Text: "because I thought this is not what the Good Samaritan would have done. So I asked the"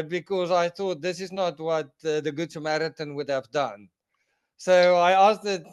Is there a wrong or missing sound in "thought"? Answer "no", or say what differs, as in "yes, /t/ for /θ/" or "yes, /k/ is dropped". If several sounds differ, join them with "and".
no